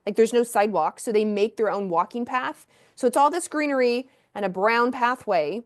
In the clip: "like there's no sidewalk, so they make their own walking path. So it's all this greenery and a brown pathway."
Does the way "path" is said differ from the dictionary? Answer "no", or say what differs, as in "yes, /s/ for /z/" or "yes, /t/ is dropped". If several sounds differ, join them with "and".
no